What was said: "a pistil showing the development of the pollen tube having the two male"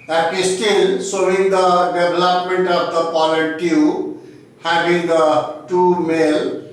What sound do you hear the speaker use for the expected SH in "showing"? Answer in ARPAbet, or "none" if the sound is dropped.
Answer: S